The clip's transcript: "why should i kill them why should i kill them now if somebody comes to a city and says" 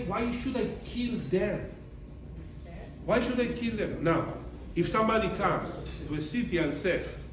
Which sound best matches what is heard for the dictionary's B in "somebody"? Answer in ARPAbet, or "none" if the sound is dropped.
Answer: none